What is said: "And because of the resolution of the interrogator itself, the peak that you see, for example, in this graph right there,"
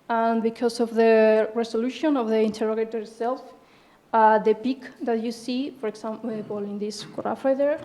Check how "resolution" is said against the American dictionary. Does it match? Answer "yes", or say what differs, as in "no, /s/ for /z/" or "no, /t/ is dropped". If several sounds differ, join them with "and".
no, /s/ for /z/